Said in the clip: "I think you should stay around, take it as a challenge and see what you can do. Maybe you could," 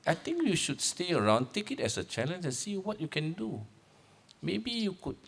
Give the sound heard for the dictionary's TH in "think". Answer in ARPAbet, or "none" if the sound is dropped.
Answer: T